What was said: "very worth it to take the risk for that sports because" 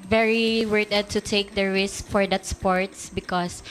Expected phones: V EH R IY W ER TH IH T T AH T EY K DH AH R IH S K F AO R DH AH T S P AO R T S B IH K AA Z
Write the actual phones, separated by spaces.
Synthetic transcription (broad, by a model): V EH R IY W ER T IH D T AH T EY K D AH R IH S K F AO R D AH T S P AO R T S B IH K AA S